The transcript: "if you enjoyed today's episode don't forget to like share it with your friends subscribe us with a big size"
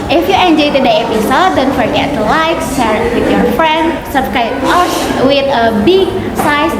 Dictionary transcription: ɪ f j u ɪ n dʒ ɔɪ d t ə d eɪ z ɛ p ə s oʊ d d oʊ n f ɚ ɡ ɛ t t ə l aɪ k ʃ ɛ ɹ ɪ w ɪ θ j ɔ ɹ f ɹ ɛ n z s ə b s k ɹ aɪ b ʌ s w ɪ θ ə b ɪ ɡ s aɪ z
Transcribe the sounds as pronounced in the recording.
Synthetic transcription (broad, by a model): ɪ f j u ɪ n dʒ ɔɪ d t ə d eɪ ɛ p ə s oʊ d d oʊ n f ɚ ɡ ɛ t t l aɪ k s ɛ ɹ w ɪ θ j ɔ ɹ f ɹ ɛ n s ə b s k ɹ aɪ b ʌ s w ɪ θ ə b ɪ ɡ s aɪ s